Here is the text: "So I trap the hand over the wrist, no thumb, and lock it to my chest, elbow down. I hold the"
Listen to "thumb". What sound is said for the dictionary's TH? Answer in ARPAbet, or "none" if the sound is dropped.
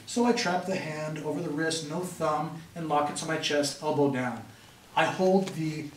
TH